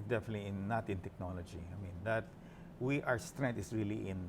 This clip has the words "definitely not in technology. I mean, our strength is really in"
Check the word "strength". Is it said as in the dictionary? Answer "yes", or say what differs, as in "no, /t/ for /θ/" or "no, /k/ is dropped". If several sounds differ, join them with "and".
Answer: no, /t/ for /θ/